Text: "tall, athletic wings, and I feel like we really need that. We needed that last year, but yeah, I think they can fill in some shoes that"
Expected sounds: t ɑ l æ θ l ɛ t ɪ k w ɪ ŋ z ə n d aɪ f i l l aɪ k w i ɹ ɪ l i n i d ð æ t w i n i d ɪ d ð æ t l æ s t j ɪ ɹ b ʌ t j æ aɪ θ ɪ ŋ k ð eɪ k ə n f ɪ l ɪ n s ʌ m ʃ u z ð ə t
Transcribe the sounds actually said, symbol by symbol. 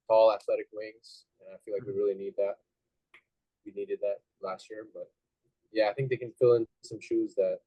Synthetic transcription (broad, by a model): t ɑ l æ θ l ɛ t ɪ k w ɪ ŋ z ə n aɪ f i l l aɪ k w i ɹ ɪ l i n i d ð æ t w i n i d ɪ d ð æ t l æ s t j ɪ ɹ b ʌ t j æ aɪ θ ɪ ŋ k ð eɪ k ə n f ɪ l ɪ n s ʌ m ʃ u z ð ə t